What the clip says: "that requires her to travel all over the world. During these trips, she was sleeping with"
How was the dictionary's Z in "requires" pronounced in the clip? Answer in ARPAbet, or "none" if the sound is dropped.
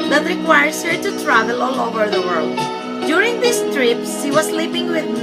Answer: S